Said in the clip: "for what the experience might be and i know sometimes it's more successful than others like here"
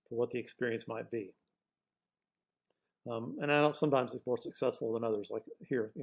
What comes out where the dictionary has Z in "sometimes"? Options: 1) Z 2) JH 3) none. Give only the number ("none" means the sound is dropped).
1